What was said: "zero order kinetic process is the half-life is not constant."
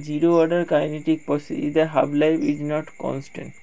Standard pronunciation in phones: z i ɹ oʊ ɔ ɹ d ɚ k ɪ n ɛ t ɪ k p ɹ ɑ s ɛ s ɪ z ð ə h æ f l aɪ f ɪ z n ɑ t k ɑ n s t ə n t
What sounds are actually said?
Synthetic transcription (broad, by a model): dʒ i ɹ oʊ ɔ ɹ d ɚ k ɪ n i t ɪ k p ɑ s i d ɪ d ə h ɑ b l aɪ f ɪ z n ɑ t k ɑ n s t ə n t